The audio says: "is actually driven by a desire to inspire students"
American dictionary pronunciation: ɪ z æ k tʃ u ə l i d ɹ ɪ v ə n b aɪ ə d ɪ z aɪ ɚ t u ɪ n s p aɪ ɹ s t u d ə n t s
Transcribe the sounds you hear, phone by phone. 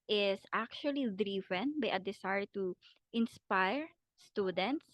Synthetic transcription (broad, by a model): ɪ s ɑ k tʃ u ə l i d ɹ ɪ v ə n b aɪ ə d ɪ s aɪ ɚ t u ɪ n s p aɪ ɹ s t u d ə n t s